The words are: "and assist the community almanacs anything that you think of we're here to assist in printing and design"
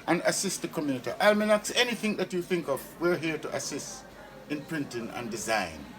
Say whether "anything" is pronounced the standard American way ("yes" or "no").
yes